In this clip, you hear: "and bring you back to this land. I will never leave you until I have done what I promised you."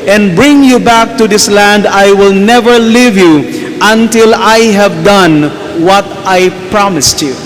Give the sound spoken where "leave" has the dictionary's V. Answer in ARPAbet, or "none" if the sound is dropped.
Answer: V